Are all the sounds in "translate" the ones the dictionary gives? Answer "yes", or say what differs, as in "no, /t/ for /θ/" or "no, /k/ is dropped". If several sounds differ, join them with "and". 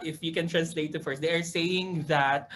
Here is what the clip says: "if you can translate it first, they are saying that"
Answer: yes